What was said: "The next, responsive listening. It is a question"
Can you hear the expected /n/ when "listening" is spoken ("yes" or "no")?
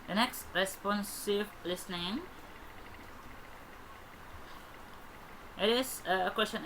yes